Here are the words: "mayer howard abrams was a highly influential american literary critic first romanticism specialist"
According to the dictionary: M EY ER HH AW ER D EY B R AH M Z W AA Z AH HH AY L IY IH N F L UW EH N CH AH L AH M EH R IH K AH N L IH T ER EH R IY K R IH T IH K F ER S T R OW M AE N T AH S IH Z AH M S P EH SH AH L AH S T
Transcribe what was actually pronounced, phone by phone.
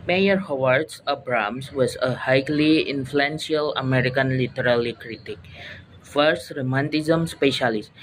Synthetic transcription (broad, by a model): M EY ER HH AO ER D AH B R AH M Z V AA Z AH HH AY L IY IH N F L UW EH N S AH L AH M EH R IH K AH N L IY T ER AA L IY K R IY T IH K F ER S T R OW M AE N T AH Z AH M S P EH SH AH L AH S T